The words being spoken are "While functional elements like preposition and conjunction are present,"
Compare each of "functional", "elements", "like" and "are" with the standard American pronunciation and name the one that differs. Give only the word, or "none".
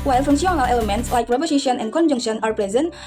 functional